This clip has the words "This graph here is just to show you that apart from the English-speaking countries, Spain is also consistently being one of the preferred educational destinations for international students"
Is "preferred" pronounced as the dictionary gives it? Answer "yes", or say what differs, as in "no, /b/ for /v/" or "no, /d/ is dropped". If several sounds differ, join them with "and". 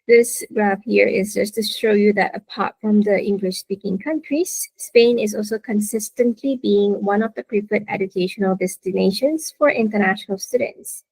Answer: no, /p/ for /f/